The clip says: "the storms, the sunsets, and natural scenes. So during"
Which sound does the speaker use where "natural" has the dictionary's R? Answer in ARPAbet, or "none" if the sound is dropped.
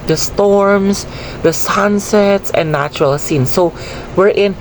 R